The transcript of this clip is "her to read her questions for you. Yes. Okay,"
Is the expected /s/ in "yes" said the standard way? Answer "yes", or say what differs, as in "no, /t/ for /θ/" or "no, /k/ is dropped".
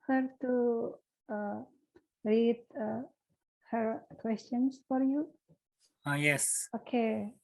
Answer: yes